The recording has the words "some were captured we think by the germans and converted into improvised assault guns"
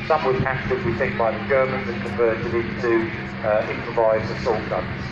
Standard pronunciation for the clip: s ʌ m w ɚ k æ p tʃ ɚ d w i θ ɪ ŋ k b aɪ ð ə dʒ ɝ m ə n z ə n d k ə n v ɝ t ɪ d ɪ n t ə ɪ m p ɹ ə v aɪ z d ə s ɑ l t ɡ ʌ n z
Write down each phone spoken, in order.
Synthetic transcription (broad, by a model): s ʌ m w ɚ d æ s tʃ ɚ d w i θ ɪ k b aɪ ð ə dʒ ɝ m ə n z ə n k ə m v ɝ t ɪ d ɪ n t ə ɪ m p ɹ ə v aɪ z ə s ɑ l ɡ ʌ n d